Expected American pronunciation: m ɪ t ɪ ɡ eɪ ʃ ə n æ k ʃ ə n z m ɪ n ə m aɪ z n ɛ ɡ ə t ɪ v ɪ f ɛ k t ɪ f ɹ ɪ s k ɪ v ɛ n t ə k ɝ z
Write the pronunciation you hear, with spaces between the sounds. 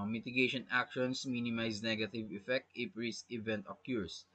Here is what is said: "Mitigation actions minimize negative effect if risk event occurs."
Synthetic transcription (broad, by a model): m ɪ t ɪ ɡ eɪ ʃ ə n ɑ k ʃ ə n s m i n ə m aɪ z n ɛ ɡ ə t ɪ v ɪ f ɛ k t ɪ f ɹ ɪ s ɪ v ɛ n t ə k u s